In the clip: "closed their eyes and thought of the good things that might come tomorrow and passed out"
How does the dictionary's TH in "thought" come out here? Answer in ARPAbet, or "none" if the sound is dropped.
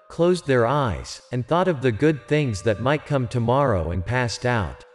TH